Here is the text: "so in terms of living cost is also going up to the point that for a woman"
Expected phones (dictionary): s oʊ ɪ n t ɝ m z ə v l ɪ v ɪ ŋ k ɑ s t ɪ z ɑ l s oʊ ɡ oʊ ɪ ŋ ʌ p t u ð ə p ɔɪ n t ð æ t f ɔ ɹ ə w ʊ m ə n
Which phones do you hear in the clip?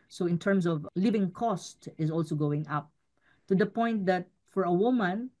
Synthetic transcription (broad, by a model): s oʊ ɪ n t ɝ m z ə v l ɪ v ɪ ŋ k ɑ s t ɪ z ɑ l s oʊ ɡ oʊ ɪ ŋ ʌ p t u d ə p ɔɪ n t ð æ t f ɔ ɹ ə w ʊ m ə n